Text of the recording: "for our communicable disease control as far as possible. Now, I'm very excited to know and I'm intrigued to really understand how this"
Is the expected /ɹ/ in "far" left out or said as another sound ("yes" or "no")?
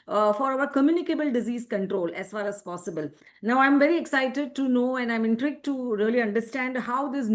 yes